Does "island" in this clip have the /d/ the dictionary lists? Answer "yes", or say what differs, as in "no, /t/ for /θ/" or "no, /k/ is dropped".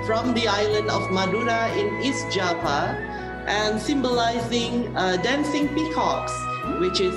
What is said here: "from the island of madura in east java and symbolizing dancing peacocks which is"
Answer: yes